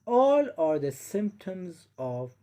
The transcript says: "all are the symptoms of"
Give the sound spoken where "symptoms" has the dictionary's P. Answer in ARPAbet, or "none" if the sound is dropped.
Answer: P